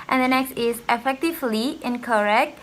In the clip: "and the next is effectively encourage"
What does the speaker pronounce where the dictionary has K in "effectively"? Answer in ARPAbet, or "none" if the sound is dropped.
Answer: K